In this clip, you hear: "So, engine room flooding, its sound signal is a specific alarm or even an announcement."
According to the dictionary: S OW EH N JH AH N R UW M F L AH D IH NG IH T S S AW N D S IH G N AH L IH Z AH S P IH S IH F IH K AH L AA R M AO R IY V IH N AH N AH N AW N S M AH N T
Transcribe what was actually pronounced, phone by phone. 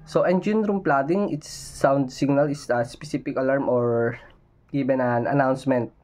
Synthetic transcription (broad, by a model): S OW EH N JH AH N R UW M P L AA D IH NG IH T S S AW N D S IH G N AH L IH S AH S P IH S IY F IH K AH L AA R M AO R IY B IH N AH N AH N AW N S M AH N T